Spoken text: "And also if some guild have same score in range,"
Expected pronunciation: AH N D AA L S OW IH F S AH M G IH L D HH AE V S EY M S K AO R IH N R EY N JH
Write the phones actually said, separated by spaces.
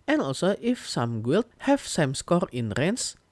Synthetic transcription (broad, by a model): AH N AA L S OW IH F S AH M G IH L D HH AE F S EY M S K AO R IH N R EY N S